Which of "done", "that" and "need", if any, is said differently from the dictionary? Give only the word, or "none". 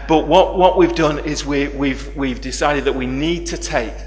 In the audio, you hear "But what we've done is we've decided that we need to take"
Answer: none